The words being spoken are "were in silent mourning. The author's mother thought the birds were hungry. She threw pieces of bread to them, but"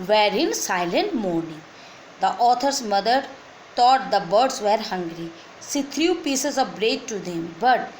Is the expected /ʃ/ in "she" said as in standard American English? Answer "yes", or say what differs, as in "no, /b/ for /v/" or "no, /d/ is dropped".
no, /s/ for /ʃ/